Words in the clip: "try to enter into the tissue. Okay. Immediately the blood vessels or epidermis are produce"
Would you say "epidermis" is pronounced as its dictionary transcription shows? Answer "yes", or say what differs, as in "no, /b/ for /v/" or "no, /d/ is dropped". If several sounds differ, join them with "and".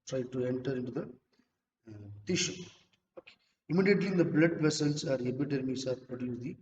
no, /b/ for /p/